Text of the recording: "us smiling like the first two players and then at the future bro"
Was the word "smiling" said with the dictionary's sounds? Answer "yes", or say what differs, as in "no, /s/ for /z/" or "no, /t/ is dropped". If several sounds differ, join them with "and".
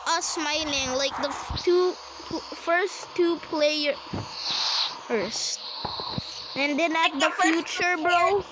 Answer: no, /n/ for /l/